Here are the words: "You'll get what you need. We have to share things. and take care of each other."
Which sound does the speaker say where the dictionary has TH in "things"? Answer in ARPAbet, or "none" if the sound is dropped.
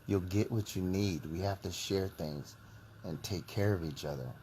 TH